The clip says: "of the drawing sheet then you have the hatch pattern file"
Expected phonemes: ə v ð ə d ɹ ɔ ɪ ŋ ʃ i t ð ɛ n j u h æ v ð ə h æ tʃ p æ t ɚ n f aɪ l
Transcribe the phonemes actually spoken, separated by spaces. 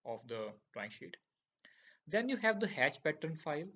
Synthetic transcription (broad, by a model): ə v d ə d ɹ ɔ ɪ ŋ ʃ i t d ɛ n j u h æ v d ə h æ tʃ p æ t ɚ n f aɪ l